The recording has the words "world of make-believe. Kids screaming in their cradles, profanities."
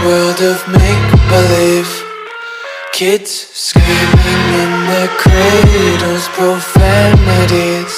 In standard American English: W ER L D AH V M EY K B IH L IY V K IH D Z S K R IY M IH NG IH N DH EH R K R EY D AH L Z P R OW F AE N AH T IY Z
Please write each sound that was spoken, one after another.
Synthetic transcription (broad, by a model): W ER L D AH V M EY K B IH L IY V K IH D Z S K IY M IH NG IH N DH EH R K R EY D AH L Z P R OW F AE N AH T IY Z